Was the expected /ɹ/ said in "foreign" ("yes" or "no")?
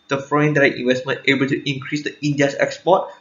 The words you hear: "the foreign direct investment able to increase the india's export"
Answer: no